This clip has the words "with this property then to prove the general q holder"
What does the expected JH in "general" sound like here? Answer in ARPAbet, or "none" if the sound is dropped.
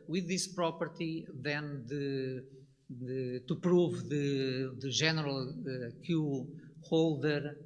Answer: ZH